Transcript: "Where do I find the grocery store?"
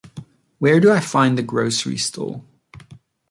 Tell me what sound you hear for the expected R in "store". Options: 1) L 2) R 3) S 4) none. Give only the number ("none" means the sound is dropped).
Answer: 1